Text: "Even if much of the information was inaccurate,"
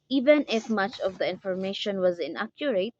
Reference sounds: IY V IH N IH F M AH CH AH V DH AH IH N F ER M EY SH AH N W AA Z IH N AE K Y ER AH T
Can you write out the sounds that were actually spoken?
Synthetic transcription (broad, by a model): IY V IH N IH F M AH CH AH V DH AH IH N F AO M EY SH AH N W AA Z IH N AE K Y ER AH T